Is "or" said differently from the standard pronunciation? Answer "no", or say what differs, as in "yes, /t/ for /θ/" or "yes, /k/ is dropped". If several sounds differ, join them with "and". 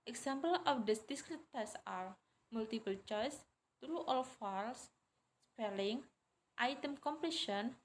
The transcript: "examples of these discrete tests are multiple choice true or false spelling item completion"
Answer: yes, /l/ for /ɹ/